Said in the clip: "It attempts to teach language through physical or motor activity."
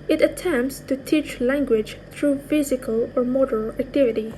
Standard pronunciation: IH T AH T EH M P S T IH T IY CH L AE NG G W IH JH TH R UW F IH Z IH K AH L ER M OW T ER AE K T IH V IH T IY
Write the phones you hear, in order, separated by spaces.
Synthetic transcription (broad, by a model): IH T AH T EH M P S T IH T IY CH L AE NG G W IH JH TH R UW F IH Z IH K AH L ER M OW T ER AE K T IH V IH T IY